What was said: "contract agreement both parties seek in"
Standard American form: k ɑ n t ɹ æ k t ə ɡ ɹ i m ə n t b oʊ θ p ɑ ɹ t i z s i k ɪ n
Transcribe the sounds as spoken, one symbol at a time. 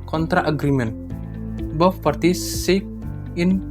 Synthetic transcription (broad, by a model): k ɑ n t ɹ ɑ t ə ɡ ɹ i m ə n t b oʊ f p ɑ ɹ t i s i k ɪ n